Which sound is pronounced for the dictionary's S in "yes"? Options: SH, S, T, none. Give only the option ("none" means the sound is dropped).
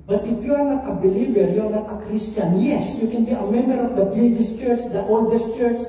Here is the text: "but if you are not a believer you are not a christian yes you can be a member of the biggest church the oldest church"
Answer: S